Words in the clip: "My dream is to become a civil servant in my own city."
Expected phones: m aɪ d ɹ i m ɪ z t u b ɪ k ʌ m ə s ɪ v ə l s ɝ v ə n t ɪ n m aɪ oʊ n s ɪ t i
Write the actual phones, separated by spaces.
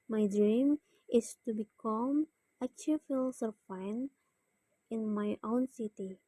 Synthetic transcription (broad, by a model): m aɪ d ɹ i m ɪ s t u b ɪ k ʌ m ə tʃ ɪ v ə l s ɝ f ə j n ɪ n m aɪ oʊ n s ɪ t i